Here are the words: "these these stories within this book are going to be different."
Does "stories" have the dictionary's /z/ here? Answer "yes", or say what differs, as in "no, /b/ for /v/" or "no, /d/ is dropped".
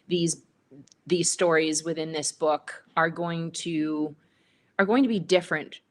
yes